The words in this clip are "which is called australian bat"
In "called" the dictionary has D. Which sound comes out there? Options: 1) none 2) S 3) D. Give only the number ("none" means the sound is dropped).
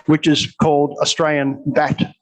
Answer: 3